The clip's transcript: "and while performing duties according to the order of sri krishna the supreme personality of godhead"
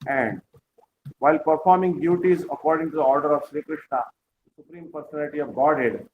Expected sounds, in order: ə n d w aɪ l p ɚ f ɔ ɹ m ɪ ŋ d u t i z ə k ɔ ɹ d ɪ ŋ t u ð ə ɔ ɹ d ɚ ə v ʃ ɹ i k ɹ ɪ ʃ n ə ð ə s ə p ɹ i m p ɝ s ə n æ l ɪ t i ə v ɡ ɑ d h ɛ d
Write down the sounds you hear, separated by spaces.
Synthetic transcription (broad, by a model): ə n d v aɪ l p ɚ f ɔ ɹ m ɪ ŋ d u t i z ə k ɔ ɹ d ɪ ŋ t u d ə ɔ ɹ d ɚ ə v ʃ ɹ i k ɹ ɪ ʃ n ə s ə s ə p ɹ i m p ɝ s ə n æ l ɪ t i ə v ɡ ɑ d h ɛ d